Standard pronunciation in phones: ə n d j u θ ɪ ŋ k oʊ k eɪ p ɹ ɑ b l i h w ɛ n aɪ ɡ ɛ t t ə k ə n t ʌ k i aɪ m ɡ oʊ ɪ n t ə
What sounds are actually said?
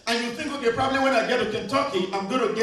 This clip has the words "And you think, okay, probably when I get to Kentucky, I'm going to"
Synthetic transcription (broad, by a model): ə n j u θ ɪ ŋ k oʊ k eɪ p ɹ ɑ b l i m w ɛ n aɪ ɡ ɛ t t ə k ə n t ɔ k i aɪ m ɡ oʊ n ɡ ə